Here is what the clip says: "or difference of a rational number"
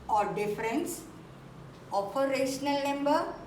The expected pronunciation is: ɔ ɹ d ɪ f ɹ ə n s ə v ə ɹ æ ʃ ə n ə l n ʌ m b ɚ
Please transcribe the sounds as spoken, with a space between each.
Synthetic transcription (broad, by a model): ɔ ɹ d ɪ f ɹ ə n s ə p ə ɹ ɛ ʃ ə n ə l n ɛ m b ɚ